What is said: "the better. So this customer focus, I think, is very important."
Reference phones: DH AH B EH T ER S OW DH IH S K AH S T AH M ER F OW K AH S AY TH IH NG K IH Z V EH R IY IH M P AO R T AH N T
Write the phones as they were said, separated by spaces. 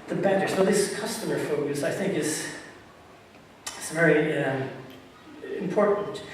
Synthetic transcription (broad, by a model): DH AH B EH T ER S OW DH IH S K AH S T AH M ER F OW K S AY TH IH NG K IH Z V EH R IY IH M P AO R T N T